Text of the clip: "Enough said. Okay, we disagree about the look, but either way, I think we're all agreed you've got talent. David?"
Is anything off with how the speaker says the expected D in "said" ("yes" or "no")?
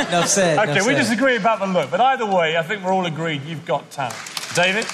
yes